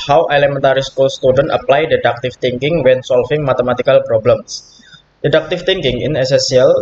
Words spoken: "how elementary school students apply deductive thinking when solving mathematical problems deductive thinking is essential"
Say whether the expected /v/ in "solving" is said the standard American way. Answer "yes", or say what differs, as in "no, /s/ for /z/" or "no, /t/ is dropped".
no, /f/ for /v/